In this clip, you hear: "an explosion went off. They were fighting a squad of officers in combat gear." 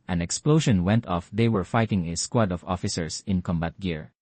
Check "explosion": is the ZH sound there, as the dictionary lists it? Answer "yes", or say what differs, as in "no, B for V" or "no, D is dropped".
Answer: no, SH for ZH